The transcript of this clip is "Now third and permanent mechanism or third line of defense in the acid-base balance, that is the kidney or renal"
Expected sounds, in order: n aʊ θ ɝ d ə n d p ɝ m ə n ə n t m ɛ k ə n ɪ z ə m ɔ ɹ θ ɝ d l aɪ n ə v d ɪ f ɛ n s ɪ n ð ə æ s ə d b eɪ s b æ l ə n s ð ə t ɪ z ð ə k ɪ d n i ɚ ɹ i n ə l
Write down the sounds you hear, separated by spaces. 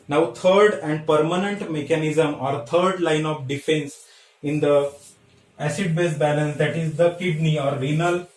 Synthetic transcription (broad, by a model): n aʊ t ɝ d ə n d p ɝ m ə n ə n t m ɛ k ə n ɪ z ə m ɔ ɹ t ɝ d l aɪ n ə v d ɪ f ɛ n s ɪ n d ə æ s ə d b eɪ s b æ l ə n s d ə t ɪ z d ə k ɪ d n i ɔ ɹ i n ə l